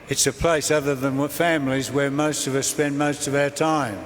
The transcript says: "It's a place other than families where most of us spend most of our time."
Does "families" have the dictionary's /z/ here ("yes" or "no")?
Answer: yes